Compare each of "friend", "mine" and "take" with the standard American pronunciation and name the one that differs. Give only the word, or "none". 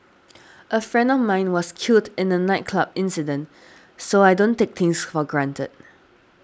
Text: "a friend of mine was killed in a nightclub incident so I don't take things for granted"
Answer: none